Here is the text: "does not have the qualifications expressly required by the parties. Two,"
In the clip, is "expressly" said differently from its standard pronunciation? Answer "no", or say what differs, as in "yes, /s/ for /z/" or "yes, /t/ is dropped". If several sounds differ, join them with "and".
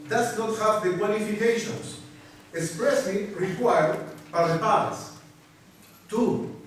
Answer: yes, /l/ is dropped